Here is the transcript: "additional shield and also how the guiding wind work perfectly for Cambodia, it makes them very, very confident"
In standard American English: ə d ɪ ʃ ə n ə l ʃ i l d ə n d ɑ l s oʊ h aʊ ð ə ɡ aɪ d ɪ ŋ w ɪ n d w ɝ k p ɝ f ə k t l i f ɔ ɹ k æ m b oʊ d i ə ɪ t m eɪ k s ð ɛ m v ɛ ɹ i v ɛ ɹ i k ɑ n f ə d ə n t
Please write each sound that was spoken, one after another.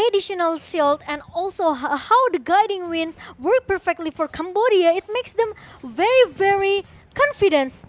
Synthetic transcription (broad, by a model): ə d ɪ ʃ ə n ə l s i l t ə n d ɑ l s oʊ h aʊ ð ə ɡ aɪ d ɪ ŋ w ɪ n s w ɝ k p ɝ f ə k t l i f ɔ ɹ k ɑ m b oʊ d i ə ɪ t m eɪ k s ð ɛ m v ɛ ɹ i v ɛ ɹ i k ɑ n f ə d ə n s